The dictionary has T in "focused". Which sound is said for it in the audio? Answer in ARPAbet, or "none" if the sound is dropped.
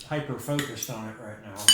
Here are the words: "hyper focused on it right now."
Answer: T